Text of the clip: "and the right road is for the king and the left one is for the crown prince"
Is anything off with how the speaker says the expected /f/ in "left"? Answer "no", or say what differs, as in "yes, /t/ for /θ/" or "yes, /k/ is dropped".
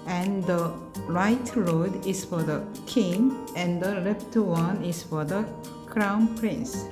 yes, /p/ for /f/